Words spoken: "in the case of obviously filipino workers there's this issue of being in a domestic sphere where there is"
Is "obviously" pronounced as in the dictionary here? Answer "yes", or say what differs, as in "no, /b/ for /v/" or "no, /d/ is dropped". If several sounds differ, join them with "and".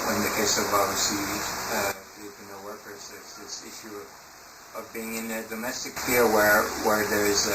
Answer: no, /l/ is dropped